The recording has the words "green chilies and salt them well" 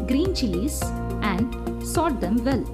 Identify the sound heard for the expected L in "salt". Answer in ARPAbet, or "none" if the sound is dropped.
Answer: none